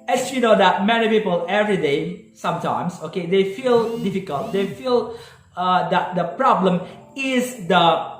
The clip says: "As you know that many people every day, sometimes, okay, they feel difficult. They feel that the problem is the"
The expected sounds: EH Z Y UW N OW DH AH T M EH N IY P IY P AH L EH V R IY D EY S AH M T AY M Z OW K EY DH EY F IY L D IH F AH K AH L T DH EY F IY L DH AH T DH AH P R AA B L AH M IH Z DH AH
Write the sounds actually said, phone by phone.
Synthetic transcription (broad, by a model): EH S Y UW N OW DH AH T M EH N IY P IY P AH L EH V R IY D EY S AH M T AY M S OW K EY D EY F IY L D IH F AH K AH L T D EY F IY L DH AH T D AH P R AA B L AH M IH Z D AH